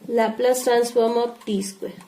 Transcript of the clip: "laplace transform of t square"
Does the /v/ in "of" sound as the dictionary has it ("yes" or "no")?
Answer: no